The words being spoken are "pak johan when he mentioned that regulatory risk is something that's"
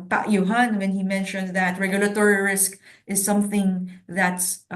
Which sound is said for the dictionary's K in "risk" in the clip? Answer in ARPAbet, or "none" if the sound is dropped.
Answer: K